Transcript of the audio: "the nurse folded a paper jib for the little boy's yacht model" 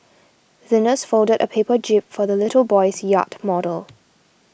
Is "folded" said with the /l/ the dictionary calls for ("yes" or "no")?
yes